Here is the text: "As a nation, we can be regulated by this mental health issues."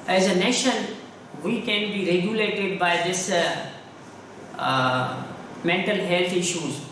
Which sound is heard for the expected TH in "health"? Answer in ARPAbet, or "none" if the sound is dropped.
T